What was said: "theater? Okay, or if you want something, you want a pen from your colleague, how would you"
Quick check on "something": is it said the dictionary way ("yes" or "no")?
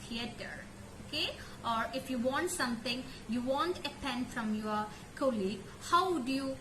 no